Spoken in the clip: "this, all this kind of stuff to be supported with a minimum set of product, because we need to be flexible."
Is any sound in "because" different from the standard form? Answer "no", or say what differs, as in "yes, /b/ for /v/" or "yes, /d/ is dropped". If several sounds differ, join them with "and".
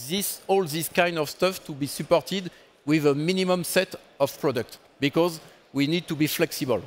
no